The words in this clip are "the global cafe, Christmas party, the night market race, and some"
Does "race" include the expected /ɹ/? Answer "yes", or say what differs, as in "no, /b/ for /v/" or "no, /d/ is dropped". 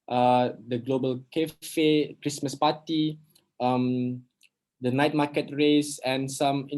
yes